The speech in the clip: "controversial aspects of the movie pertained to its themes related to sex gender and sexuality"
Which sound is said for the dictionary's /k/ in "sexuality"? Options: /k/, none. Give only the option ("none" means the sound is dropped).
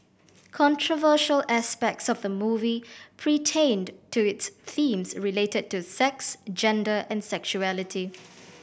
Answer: /k/